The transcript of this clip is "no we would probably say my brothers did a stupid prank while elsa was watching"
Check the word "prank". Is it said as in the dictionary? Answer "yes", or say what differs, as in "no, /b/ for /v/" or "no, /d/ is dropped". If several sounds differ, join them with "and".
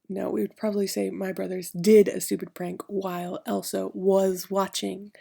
yes